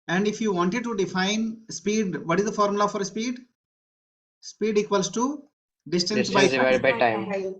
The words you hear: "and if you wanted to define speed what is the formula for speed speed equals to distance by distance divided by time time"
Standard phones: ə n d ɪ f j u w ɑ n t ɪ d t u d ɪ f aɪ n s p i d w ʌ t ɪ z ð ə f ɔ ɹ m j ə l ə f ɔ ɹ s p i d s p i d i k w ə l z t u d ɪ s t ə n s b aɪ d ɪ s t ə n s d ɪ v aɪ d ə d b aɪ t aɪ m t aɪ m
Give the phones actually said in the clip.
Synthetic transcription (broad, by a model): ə n d ɪ f j u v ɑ n t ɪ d t u d ɪ f aɪ n s p i d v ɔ t ɪ z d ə f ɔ ɹ m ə l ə f ɔ ɹ s p i d s p i d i k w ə l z t u d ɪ s t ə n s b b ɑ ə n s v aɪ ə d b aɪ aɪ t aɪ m